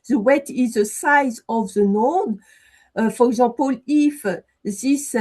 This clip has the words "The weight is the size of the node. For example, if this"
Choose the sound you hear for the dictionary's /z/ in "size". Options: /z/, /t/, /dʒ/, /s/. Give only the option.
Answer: /z/